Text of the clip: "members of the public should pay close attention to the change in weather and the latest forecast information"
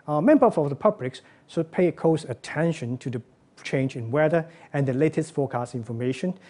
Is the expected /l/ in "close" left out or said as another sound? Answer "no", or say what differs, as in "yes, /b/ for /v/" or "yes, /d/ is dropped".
yes, /l/ is dropped